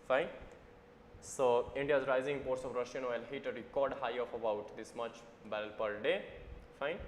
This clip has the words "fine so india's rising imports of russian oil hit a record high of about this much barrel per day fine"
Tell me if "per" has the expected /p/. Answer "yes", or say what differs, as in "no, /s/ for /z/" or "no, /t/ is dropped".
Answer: yes